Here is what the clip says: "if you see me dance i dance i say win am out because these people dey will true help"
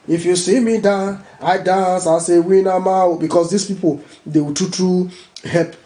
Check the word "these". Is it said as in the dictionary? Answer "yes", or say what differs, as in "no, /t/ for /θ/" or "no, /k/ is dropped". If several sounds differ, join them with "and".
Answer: no, /s/ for /z/